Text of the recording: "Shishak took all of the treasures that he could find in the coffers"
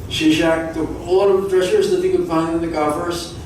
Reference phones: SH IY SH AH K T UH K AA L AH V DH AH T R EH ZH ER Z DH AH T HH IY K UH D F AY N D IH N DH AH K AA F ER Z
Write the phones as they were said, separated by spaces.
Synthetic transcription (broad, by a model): SH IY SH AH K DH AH AA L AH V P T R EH SH ER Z DH AH T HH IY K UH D F AY N D IH N DH AH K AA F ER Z